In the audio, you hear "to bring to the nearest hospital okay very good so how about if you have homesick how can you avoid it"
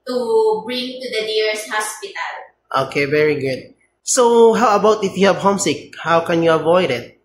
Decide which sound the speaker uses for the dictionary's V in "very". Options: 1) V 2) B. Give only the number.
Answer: 1